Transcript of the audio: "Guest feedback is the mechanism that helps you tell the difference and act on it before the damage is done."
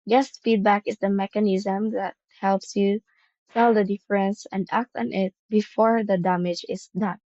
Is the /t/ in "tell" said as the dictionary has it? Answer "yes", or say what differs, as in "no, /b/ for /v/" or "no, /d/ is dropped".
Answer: no, /s/ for /t/